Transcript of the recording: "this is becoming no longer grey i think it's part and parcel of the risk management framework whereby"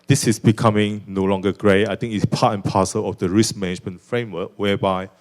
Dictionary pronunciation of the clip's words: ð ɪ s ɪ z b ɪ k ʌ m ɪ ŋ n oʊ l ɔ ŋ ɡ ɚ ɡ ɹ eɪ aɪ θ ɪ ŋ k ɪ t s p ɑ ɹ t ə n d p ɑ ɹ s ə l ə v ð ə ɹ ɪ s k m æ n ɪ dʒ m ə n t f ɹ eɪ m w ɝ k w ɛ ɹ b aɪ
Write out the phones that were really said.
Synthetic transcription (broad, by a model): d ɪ s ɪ s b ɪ k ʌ m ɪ ŋ n oʊ l ɔ ŋ ɡ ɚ ɡ ɹ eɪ aɪ t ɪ ŋ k ɪ t s p ɑ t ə n p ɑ s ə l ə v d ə ɹ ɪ s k m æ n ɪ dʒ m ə n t f ɹ eɪ m w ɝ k w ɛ b aɪ